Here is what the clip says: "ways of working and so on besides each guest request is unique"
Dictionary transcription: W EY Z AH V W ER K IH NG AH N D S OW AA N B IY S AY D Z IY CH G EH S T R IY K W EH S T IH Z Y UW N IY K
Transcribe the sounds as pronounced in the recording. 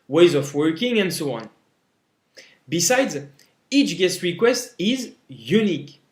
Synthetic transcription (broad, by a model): W EY Z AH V W ER K IH NG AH N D S OW AA N B IY S AY D Z IY CH G EH S T R IY K W EH S T IH Z Y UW N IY K